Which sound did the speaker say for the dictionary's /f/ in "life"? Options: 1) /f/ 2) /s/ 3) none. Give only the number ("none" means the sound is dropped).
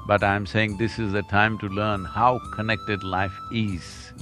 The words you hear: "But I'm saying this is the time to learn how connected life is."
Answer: 1